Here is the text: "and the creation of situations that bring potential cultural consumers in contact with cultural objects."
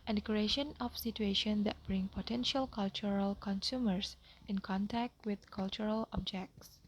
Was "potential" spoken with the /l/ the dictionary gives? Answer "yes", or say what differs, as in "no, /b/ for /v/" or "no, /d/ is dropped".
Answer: yes